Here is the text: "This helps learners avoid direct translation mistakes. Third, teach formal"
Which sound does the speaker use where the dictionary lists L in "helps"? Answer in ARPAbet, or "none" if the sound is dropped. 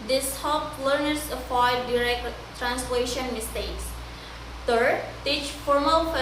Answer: none